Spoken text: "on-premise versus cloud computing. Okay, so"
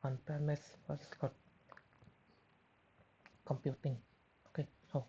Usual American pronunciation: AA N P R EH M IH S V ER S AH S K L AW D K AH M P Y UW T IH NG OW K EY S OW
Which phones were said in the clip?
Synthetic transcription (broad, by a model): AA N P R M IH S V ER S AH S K AW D K AH M P Y UW T IH NG OW K EY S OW